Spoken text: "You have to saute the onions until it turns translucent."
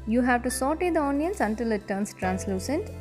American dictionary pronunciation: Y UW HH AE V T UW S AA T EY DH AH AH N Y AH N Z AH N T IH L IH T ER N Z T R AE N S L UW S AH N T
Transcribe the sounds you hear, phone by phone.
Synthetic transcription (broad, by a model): Y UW HH AE V T UW S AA T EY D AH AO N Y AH N S AH N T IH L IH T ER N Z T R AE N S L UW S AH N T